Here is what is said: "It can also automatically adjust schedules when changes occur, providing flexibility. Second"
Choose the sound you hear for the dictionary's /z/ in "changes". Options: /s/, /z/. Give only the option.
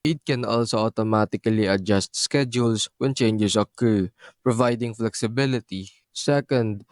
/s/